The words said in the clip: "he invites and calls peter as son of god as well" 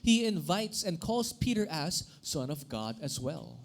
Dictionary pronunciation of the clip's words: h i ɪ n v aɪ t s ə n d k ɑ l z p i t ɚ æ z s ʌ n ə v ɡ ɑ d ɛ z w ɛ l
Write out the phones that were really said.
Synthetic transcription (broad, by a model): h i ɪ n v aɪ t s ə n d k ɑ l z p i t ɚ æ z s ʌ n ə v ɡ ɑ d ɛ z w ɛ l